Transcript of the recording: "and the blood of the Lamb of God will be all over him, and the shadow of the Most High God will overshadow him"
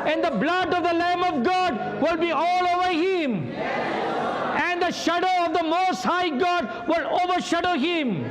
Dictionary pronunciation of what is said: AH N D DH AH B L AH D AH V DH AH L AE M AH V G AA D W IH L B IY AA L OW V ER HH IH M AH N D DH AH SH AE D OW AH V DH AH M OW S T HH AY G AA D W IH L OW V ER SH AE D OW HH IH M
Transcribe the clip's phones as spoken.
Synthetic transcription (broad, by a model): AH N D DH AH B L AH D AH V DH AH L AE M AH V G AA D W IH L B IY AA L OW V ER HH IH M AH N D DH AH SH AE D OW AH V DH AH M OW S T HH AY G AA D W IH L OW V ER SH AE D OW HH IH M